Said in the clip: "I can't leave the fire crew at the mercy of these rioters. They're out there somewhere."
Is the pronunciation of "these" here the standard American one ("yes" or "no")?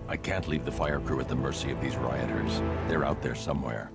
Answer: yes